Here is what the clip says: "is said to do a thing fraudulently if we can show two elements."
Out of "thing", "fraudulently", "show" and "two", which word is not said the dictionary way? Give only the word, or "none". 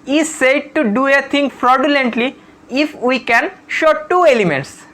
thing